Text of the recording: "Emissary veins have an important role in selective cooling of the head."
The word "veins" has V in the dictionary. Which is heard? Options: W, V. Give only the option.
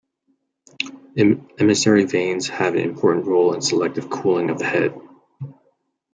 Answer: V